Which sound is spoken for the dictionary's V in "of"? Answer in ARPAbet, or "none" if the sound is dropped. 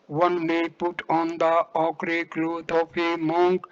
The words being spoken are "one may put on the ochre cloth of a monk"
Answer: P